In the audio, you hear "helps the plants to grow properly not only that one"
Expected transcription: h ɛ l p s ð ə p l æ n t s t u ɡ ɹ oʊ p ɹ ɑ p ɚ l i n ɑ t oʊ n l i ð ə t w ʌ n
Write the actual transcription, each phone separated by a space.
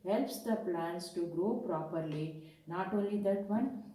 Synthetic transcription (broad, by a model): h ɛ l p s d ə p l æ n s t u ɡ ɹ oʊ p ɹ ɑ p ɚ l i n ɑ t oʊ n l i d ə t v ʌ n